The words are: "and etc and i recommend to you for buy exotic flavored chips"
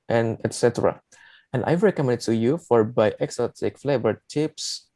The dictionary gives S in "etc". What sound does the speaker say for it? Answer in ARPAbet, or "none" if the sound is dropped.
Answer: S